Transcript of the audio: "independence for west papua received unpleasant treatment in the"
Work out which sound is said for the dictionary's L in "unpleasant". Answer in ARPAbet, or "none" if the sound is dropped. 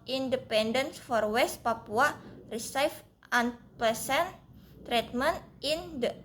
none